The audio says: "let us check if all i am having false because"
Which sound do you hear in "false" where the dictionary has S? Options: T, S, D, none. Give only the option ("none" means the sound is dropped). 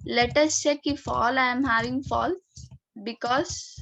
none